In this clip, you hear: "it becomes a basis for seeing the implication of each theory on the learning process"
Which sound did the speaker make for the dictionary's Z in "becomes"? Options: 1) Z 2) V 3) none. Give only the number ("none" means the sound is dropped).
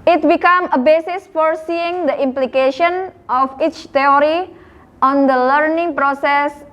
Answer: 3